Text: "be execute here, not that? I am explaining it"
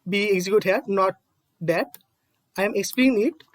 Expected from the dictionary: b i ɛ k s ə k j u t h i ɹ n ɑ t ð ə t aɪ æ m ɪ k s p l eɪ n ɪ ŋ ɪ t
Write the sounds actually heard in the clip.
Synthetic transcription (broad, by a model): b i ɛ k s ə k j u t h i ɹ n ɑ t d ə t aɪ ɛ m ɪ k s p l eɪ ɪ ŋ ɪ t